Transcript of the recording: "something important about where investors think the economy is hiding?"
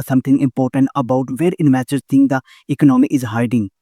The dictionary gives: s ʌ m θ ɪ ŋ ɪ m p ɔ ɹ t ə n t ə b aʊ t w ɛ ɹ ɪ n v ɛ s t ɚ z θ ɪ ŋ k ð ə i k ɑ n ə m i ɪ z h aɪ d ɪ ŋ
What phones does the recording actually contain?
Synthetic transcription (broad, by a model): s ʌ m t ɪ ŋ ɪ m p ɔ ɹ t ə n t ə b aʊ t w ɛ ɹ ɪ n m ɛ t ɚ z t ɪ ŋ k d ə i k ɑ n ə m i ɪ z h aɪ d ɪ ŋ